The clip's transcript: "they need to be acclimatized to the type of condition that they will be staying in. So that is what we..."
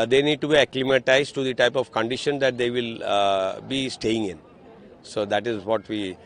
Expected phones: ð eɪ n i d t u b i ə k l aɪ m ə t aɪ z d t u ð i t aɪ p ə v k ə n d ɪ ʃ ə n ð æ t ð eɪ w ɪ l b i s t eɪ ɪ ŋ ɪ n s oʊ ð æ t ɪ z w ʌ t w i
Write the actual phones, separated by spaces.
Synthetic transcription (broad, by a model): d eɪ n i d t u b i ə k l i m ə t aɪ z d t u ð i t aɪ p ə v k ə n d ɪ ʃ ə n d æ t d eɪ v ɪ l b i s t eɪ ɪ ŋ ɪ n s oʊ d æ t ɪ z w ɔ t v i